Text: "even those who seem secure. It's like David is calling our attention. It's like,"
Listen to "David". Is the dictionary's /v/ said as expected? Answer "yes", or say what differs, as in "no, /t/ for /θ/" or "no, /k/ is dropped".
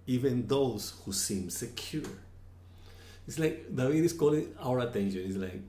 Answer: no, /w/ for /v/